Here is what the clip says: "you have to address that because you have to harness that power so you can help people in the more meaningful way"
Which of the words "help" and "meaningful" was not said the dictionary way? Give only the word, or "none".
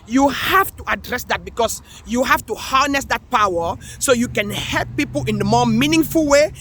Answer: none